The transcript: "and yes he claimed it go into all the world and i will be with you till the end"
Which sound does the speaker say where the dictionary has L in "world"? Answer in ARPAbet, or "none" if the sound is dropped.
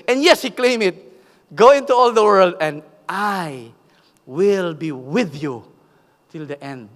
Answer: L